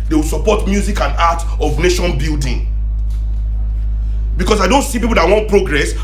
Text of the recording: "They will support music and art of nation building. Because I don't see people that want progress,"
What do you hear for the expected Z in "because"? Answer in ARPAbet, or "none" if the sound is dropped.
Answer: S